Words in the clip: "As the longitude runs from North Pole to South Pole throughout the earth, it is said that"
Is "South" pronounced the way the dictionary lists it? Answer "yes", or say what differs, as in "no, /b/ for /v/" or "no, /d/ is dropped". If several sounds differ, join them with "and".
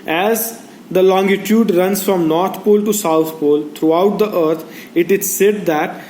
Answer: no, /t/ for /θ/